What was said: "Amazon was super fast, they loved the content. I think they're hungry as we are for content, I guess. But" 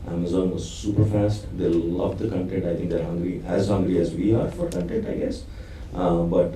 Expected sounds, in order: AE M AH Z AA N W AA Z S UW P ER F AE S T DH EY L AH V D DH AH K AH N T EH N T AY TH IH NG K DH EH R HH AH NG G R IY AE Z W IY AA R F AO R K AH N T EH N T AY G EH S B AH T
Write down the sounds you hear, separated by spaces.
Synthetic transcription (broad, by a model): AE M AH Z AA N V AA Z S UW P ER F AE S T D EY L AH V D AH K AH N T EH N T AY T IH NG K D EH R HH AH NG G R IY AE Z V IY AA R F AO R K AH N T EH N T AY G EH S B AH T